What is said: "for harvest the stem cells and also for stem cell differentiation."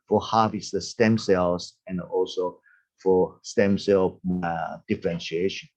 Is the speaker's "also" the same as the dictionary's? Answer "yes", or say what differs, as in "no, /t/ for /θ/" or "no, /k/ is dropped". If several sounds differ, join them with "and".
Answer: yes